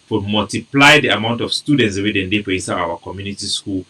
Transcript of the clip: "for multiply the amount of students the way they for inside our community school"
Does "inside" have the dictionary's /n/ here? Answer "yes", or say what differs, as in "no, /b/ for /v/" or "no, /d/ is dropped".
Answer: no, /n/ is dropped